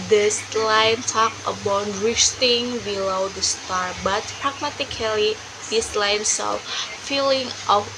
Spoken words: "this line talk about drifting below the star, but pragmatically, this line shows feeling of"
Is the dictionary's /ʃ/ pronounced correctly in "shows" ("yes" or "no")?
no